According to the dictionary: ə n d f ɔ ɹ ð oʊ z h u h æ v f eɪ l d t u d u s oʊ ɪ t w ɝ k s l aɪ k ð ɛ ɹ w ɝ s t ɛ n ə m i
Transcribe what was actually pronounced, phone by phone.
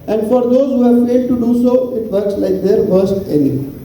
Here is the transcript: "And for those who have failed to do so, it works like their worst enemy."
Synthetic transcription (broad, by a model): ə n d f ɔ ɹ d oʊ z h u h æ v f eɪ l d t u d u s oʊ ɪ t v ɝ k s l aɪ k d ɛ ɹ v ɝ s t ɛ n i